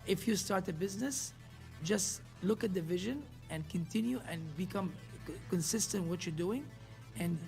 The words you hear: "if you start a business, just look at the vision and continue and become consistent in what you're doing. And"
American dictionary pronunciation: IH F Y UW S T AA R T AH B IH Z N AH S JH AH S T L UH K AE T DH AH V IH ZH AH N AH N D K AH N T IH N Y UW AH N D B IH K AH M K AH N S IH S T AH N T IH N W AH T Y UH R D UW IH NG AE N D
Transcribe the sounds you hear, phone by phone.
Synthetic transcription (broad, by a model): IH F Y UW S T AA R T AH B IH Z N AH S JH AH S T L UH K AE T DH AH V IH ZH AH N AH N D K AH N T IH N Y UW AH N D B IH K AH M K AH N S IH S T AH N T W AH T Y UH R D UW IH NG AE N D